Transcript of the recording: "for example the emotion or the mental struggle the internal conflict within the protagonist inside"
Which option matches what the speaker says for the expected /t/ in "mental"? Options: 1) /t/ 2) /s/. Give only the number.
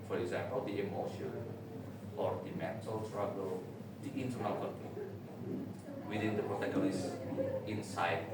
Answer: 2